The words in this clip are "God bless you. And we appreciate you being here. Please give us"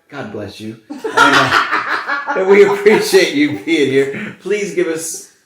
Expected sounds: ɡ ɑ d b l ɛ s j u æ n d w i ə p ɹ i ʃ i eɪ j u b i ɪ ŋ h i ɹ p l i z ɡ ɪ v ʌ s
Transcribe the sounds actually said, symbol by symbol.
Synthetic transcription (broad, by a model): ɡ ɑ d b l ɛ s j u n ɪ w i ə p ɹ i ʃ i eɪ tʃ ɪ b i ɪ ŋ h i ɹ p l i z ɡ ɪ v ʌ s